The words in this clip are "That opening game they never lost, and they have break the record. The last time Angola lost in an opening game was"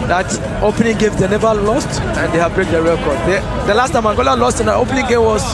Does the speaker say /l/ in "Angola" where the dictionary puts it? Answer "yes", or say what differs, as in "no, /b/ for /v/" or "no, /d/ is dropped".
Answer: yes